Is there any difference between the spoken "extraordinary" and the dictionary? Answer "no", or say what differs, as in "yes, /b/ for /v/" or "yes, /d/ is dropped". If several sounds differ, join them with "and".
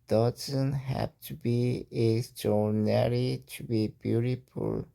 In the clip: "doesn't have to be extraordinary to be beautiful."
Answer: yes, /k/ is dropped